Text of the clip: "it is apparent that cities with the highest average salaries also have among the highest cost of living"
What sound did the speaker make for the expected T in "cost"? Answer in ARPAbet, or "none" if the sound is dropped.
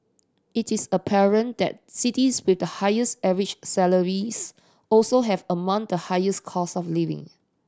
none